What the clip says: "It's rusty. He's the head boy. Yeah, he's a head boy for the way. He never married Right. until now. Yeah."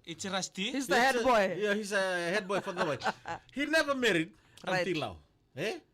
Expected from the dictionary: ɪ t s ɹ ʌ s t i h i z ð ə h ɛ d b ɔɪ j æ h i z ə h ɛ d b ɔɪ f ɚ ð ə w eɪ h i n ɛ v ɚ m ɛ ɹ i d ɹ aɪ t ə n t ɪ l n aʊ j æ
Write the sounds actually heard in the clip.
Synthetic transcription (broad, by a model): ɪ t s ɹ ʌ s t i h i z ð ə h ɛ d b ɔɪ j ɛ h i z ə h ɛ d b ɔɪ f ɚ ð ə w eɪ h i n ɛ v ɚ m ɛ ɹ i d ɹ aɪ ə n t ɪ l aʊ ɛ